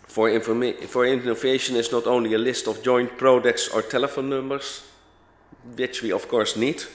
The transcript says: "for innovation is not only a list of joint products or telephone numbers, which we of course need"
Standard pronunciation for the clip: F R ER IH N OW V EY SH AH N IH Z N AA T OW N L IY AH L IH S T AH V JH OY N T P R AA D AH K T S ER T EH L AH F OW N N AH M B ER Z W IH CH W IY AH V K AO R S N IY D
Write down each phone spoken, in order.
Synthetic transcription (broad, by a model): F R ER IH N OW V EY SH AH N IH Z N AA T OW N L IY AH L IH S T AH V JH OY N T P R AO D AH K T S ER T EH L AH F OW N N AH M B ER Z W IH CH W IY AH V K AO R S N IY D